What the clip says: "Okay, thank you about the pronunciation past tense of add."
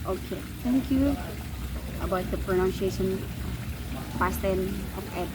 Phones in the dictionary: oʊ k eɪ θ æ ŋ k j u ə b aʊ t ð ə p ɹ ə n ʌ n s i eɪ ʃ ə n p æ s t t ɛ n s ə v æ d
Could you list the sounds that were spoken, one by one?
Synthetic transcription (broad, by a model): oʊ k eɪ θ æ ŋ k j u ə b aʊ t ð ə p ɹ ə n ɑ n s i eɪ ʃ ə n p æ s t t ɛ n ə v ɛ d